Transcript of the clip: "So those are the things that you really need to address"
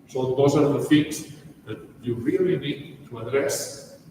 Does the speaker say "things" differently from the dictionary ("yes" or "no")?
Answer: yes